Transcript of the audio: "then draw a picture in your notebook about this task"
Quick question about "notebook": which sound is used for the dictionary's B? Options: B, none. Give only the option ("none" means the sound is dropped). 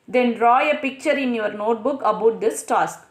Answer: B